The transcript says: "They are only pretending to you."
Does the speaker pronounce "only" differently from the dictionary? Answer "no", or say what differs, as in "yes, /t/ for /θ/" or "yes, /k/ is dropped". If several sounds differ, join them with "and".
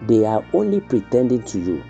no